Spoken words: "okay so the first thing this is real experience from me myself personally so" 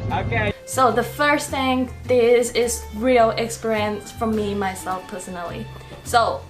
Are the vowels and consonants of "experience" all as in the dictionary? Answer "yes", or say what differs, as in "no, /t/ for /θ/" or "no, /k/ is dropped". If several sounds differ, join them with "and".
yes